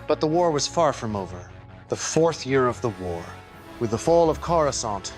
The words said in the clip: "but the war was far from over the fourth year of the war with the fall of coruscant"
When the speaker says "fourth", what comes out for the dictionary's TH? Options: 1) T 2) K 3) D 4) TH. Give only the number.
4